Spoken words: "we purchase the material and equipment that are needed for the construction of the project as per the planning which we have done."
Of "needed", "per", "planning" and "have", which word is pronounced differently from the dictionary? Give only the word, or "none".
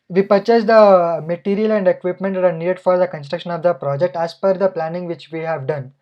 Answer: per